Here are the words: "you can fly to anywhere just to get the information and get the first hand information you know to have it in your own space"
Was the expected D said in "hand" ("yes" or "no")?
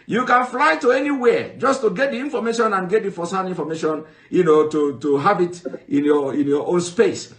no